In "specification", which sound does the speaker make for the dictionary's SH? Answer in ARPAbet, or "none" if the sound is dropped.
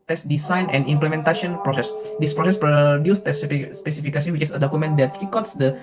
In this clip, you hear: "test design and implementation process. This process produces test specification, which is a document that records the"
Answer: S